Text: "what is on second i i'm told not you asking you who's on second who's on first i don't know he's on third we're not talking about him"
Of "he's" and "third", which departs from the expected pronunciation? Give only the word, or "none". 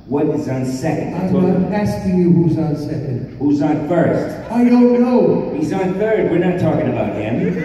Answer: none